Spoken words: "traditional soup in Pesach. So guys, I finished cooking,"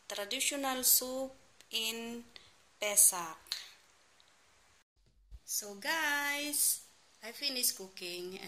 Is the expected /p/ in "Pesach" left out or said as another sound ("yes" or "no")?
no